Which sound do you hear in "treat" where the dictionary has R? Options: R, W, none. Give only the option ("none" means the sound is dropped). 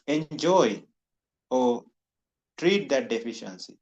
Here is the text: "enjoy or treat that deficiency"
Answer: R